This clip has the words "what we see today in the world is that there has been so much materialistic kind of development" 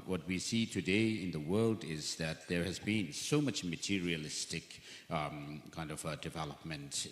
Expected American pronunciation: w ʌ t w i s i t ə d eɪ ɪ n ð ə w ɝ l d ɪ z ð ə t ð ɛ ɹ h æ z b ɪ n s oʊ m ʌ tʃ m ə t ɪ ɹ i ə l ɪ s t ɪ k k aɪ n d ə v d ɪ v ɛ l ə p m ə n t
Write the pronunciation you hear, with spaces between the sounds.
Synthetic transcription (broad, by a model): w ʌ t w i s i t ə d eɪ ɪ n ð ə w ɝ l d ɪ z ð ə t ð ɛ ɹ h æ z b ɪ n s oʊ m ʌ tʃ m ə t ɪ ɹ i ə l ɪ s t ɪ k k aɪ n d ə v d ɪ v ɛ l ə p m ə n t